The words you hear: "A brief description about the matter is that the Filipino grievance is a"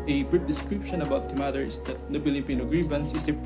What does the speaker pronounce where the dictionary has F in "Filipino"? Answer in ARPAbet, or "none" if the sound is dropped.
P